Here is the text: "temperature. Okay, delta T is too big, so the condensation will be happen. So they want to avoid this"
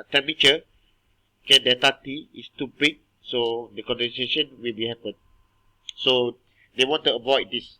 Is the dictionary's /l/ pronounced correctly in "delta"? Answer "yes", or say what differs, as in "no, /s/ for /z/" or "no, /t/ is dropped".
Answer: no, /l/ is dropped